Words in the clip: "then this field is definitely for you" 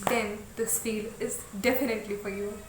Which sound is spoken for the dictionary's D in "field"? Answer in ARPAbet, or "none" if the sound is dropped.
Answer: none